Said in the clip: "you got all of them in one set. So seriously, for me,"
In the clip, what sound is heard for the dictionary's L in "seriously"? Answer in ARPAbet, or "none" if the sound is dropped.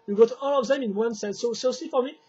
none